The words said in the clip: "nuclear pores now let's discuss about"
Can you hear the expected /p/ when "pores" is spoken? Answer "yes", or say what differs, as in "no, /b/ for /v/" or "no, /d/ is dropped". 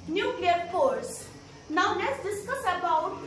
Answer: no, /f/ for /p/